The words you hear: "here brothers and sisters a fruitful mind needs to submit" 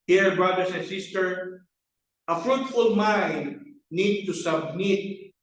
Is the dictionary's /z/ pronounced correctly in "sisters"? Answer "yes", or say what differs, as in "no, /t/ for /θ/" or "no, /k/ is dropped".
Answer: no, /z/ is dropped